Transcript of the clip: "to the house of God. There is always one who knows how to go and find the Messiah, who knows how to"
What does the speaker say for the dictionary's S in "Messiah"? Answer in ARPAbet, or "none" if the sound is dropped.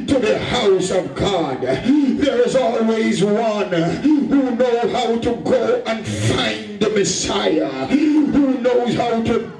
S